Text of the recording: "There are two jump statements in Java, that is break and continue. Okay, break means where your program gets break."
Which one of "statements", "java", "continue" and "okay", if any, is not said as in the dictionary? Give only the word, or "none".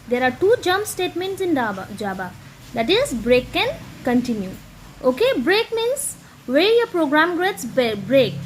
java